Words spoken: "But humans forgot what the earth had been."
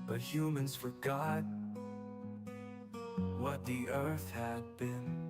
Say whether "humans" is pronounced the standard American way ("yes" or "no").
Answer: yes